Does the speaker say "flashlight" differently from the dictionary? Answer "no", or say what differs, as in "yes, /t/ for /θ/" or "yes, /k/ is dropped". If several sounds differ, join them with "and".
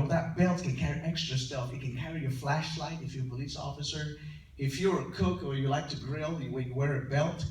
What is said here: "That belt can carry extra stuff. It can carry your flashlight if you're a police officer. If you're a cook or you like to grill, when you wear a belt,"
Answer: no